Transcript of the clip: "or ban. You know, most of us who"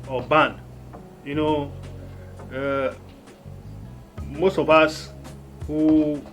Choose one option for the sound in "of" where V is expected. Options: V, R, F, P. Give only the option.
P